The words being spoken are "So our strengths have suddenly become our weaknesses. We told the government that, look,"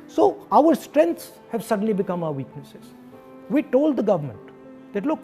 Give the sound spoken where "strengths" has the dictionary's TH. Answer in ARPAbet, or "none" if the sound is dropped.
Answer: T